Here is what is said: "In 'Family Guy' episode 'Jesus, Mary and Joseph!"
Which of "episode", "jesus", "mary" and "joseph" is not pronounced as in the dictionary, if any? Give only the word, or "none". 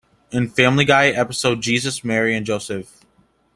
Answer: none